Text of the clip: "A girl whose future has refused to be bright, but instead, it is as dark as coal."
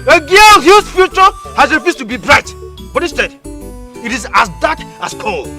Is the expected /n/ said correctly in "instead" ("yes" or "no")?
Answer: no